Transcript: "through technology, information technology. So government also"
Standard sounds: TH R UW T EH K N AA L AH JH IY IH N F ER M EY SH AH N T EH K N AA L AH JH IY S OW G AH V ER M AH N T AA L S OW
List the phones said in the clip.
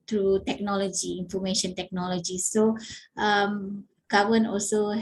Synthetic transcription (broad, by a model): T R UW T EH K N AA L AH JH IY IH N F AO M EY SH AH N T EH K N AA L AH JH IY S OW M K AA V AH N AA L S OW